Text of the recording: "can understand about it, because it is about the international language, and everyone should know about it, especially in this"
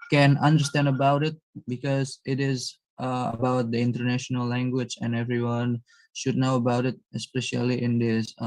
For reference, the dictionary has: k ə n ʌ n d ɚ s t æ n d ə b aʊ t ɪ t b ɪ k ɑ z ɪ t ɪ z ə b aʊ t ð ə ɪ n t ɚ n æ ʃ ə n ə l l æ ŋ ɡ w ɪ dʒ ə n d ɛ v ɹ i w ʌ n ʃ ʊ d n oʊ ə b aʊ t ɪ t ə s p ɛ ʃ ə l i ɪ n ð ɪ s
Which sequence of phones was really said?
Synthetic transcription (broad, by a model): k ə n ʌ n d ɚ s t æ n d ə b aʊ t ɪ t b ɪ k ɑ z ɪ t ɪ z ə b aʊ t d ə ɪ n t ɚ n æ ʃ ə n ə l l æ ŋ ɡ w ɪ dʒ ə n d ɛ v ɹ i w ʌ n ʃ ʊ d n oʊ ə b aʊ t ɪ t ə s p ɛ ʃ ə l i ɪ n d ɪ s